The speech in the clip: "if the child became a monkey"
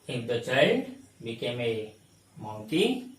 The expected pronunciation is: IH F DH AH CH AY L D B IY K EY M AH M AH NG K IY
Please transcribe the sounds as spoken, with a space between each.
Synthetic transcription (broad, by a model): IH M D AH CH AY D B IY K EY M AH M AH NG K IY